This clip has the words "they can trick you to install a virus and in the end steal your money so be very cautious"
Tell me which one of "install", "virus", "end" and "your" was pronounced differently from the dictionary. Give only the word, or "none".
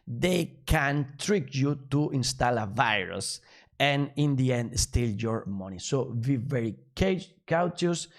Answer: none